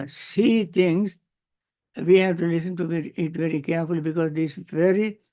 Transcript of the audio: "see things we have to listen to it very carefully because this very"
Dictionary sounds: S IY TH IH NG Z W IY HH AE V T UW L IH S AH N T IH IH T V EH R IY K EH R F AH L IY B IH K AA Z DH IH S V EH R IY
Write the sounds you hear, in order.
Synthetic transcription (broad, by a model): S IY T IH NG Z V IY HH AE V T UW L IH S AH N T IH IH T V EH R IY K EH R F AH L IY B IH K AA Z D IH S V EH R IY